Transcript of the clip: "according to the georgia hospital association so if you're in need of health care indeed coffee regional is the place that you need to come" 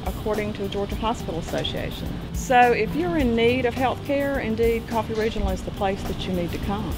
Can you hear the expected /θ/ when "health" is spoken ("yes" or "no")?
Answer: yes